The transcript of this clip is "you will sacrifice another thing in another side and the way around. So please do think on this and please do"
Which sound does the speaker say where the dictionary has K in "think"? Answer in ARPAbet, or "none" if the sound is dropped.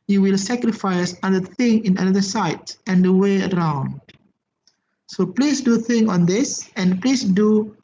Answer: none